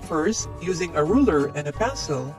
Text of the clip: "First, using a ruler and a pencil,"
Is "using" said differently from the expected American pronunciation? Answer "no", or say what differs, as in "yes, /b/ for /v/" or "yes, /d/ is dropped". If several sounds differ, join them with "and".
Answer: no